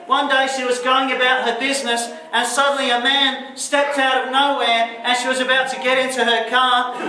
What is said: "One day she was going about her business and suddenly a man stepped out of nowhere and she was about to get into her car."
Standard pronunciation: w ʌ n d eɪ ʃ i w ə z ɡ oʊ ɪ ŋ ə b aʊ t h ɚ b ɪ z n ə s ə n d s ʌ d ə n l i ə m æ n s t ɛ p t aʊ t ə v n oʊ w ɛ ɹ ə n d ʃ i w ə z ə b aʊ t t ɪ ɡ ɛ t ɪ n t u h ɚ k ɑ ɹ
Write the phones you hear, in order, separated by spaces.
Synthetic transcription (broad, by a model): w ʌ n d eɪ ʃ i w ə z ɡ oʊ ɪ ŋ ə b aʊ t h ɚ b ɪ z n ə s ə n s ʌ d n l i ə m æ n s t ɛ p t aʊ t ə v n oʊ w ɛ ɹ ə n ʃ i w ə z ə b aʊ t t ɪ ɡ ɛ t ɪ n t u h ɚ k ɑ ɹ